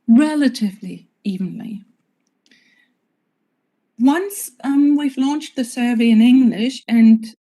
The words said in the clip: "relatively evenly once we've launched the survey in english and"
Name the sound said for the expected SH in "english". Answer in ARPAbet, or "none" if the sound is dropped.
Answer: SH